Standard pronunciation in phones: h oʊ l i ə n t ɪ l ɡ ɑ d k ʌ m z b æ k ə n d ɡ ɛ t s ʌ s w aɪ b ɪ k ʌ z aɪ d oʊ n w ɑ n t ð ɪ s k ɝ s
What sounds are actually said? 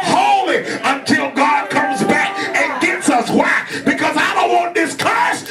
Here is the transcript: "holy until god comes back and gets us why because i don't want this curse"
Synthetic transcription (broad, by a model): h oʊ l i ə n t ɪ l ɡ ɑ d k ʌ m z b æ k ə n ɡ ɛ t s ʌ s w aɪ b ɪ k ʌ z aɪ d oʊ n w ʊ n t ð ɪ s k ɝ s